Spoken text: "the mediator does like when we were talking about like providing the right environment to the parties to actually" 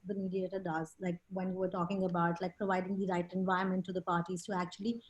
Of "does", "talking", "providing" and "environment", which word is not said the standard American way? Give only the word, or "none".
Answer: environment